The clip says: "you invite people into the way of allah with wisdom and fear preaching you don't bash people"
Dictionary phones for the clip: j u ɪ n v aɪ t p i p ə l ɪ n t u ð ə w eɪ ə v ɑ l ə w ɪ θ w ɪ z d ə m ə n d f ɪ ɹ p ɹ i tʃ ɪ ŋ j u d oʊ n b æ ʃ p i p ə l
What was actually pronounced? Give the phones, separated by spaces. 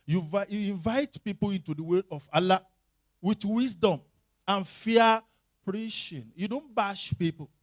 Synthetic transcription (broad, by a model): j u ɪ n v aɪ t p i p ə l ɪ n t u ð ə w eɪ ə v ɑ l ə w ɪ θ w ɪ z d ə m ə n f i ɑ p ɹ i ʃ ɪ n j u d oʊ n b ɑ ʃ p i p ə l